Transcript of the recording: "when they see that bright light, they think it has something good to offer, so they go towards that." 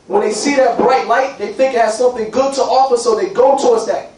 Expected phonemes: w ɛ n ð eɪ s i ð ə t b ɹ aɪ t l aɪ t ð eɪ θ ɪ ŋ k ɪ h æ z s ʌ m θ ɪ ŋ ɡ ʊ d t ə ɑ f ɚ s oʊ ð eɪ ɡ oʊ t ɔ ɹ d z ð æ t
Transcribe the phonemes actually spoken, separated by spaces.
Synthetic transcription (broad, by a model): w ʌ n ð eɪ s i ð ə t b ɹ aɪ t l aɪ t ð eɪ θ ɪ ŋ k ɪ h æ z s ʌ m θ ɪ ŋ ɡ ʊ d t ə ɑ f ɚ s oʊ ð eɪ ɡ oʊ t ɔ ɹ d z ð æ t